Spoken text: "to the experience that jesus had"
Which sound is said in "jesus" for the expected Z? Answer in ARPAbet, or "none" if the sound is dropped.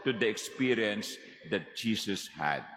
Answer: S